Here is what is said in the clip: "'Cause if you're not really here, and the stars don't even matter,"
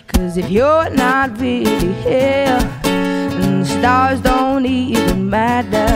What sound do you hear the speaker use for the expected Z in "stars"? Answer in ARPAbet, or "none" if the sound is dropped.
Z